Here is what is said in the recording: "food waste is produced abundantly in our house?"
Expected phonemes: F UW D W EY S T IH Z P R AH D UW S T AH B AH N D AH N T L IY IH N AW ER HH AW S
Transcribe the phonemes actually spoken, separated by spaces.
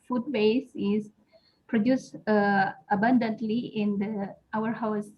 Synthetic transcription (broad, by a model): F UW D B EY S IH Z P R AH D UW S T AH B AH N D AH N T L IY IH N AW ER HH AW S